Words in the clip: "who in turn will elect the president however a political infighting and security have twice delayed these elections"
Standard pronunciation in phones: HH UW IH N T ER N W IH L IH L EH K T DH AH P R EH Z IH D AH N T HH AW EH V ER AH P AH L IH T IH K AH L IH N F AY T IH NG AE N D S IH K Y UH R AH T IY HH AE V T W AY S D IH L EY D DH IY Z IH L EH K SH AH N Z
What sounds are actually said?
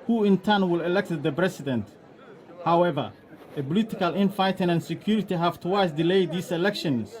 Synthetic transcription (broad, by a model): HH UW IH N T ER N W IH L IH L EH K T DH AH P R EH S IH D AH N T HH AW EH V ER AH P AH L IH T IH K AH L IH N F AY T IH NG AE N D S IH K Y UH R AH T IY HH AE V T W AY S D IH L EY D IY S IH L EH K SH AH N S